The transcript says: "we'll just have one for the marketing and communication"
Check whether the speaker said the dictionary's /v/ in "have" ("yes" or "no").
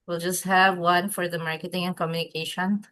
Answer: yes